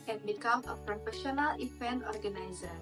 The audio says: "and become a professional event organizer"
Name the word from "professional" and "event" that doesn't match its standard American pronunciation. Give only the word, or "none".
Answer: event